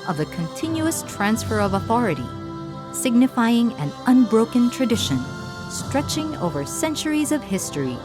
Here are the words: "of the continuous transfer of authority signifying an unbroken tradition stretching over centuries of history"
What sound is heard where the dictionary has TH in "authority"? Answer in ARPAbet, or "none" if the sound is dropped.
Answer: TH